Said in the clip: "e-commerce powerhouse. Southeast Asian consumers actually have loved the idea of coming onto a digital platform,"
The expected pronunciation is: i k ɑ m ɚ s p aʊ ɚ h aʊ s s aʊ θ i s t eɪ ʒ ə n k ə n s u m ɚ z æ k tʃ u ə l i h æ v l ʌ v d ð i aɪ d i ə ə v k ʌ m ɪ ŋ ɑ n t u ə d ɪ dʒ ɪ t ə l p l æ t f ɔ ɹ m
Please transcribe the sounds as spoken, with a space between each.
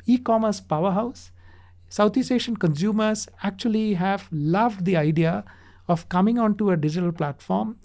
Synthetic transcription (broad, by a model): i k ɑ m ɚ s p aʊ ɚ h aʊ s s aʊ t i s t eɪ ʃ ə n k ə n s u m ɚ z æ k tʃ u ə l i h æ v l ʌ v d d i aɪ d i ə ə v k ʌ m ɪ ŋ ɑ n t u ə d ɪ dʒ ɪ t ə l p l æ t f ɔ ɹ m